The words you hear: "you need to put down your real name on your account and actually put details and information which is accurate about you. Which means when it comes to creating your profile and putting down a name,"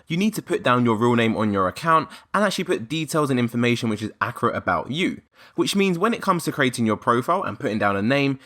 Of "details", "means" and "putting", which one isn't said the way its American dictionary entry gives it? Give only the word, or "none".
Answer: none